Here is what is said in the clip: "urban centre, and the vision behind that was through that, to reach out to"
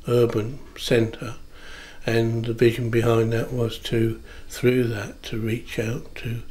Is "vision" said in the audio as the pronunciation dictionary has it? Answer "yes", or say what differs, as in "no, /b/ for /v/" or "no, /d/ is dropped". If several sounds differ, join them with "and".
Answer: yes